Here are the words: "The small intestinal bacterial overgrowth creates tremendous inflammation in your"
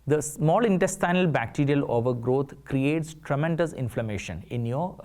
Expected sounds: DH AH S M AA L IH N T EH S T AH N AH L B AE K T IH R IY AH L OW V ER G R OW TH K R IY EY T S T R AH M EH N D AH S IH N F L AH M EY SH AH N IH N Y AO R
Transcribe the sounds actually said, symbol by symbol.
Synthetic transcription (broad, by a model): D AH S M AA L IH N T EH S T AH N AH L B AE K T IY R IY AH L OW V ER G R OW T K R IY EY T S T R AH M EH N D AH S IH N F L AH M EY SH AH N IH N Y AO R